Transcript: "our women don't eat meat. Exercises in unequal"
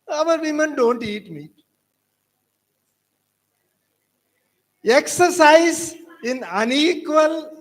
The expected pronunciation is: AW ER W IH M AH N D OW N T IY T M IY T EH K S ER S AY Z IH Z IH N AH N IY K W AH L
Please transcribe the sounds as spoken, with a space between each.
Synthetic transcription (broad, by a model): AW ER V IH M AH N D OW N T IY T M IY EH K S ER S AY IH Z IH N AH N IY K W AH L